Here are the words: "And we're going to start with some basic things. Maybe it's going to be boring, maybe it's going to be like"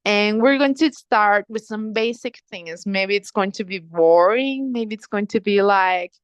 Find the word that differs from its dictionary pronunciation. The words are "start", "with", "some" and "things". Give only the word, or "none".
none